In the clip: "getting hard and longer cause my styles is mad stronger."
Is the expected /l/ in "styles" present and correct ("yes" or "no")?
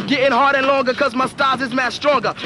no